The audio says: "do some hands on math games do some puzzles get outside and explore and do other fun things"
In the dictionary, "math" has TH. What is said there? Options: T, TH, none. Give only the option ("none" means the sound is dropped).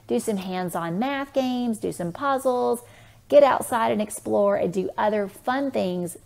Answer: TH